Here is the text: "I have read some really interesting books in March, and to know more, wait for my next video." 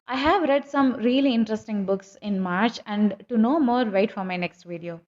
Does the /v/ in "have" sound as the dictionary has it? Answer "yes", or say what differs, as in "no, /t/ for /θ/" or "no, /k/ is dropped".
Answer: yes